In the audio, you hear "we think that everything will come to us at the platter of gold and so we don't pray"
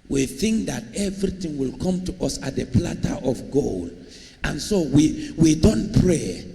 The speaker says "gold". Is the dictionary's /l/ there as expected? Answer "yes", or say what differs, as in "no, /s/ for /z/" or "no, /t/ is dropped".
yes